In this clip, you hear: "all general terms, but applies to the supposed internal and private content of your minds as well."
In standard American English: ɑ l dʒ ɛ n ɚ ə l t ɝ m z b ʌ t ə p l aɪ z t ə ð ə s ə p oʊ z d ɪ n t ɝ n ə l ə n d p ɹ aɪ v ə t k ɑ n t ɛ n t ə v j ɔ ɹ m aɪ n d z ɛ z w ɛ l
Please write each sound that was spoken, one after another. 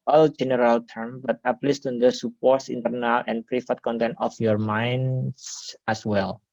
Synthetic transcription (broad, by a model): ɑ l dʒ ɛ n ɚ ə l t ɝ m b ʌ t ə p l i s t ə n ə s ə p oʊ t ɪ n t ɝ n ə l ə n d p ɹ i f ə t k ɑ n t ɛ n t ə f j ɔ ɹ m aɪ n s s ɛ s w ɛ l